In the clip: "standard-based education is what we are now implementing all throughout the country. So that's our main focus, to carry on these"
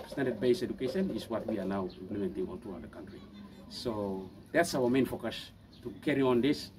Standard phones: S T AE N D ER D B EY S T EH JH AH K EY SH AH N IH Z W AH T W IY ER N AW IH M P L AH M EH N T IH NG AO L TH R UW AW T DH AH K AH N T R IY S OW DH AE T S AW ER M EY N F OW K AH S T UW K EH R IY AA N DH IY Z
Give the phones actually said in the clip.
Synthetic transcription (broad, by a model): S T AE N D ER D B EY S EH JH AH K EY SH AH N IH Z W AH T W IY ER L AW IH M P L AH M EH N T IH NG AO L T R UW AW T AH K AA N T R IY S OW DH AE T S AW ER M EY N F OW K AH S T UW K EH R IY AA N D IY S